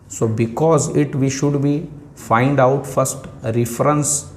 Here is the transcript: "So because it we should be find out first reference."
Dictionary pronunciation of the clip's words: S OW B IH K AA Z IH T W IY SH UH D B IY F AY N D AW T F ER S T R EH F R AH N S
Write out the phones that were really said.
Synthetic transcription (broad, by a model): S OW B IH K AA Z IH T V IY SH UH D B IY F AY N D AW T F ER S T R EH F R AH N S